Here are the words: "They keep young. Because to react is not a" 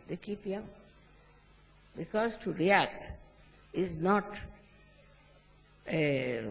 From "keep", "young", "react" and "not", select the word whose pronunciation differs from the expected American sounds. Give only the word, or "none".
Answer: none